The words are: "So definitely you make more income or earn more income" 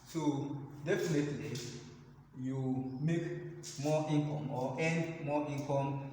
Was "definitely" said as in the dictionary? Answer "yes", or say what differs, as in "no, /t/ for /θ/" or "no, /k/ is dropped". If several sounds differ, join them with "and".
yes